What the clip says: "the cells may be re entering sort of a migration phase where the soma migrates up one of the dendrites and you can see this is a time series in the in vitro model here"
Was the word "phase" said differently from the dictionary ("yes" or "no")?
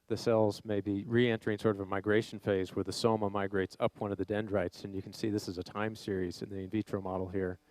no